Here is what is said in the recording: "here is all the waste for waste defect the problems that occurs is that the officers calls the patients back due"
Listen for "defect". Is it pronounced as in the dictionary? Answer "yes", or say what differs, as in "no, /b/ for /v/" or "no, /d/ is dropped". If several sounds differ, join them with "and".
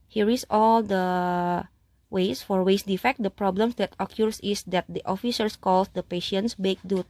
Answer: yes